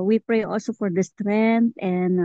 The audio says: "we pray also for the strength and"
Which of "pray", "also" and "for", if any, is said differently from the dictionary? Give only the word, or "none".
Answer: none